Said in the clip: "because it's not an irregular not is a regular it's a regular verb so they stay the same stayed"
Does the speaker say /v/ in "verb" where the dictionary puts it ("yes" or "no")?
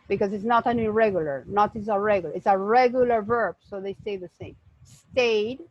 yes